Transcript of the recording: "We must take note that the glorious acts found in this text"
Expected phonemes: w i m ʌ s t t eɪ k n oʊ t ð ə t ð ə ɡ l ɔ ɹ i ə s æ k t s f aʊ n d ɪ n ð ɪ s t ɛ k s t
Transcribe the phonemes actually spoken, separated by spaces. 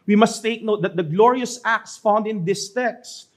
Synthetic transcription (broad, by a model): w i m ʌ s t t eɪ k n oʊ t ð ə t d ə ɡ l ɔ ɹ i ə s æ k t s f aʊ n d ɪ n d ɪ s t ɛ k s